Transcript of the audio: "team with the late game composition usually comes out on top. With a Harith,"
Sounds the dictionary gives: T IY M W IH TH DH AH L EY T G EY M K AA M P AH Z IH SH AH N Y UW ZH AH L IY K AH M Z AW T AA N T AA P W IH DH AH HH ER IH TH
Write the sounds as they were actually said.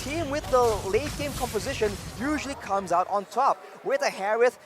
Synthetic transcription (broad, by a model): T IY M W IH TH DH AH L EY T G EY M K AA M P AH Z IH SH AH N Y UW ZH AH L IY K AH M Z AW T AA N T AA P W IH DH AH HH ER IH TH